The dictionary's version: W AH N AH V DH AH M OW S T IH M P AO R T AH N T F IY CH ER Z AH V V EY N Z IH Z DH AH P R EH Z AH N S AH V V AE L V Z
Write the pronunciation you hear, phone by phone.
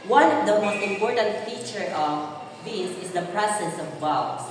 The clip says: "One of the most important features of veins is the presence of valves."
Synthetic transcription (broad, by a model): W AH N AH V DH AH M OW S T IH M P AO R T AH N T F IY CH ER AH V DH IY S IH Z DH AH P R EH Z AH N S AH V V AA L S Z